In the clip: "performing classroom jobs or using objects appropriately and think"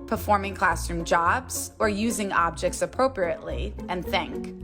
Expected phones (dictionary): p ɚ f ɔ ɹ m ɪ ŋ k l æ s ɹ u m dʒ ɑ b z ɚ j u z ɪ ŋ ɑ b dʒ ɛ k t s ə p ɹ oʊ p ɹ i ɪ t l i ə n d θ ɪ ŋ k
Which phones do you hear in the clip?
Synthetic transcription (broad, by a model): p ɚ f ɔ ɹ m ɪ ŋ k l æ s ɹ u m dʒ ɑ b z ɚ j u z ɪ ŋ ɑ b dʒ ɛ k t s ə p ɹ oʊ p ɹ i ɪ t l i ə n θ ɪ ŋ k